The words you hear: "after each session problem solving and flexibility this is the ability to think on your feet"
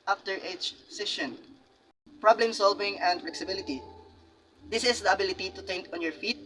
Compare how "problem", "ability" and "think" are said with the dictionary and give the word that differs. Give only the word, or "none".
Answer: think